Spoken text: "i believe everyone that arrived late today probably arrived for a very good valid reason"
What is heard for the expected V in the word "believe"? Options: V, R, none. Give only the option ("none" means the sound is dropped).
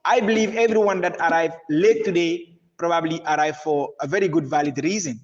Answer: V